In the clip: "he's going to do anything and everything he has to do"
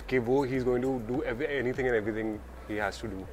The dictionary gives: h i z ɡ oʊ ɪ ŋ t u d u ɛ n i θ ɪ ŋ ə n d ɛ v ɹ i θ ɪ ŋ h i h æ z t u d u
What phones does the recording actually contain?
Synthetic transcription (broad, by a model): h i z ɡ oʊ ɪ ŋ t u d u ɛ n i t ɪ ŋ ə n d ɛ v ɹ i t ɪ ŋ h i h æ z t u d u